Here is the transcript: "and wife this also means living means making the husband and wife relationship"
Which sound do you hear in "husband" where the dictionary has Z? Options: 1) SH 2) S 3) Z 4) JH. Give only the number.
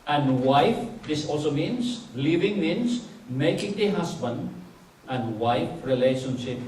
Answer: 2